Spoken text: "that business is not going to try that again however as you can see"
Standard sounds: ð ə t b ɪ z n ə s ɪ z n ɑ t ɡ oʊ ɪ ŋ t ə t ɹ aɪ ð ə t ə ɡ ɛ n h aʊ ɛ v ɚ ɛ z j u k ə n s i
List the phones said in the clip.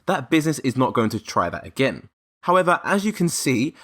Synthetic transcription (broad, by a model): ð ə t b ɪ z n ə s ɪ z n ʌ t ɡ oʊ ɪ ŋ t ə t ɹ aɪ ð ə t ə ɡ ɛ n h aʊ ɛ v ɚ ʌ z j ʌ k ə n s i